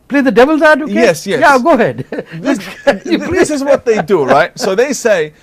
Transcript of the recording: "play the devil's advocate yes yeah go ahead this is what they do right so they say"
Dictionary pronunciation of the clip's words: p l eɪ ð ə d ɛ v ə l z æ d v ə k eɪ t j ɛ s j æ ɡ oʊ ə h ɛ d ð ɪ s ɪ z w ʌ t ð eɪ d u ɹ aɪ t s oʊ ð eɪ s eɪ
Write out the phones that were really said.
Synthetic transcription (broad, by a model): p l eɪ ð ə d ɛ v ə l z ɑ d ə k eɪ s j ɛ j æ ɡ oʊ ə h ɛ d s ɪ s ɪ z w ʌ t ð eɪ d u ɹ aɪ t s oʊ ð eɪ s eɪ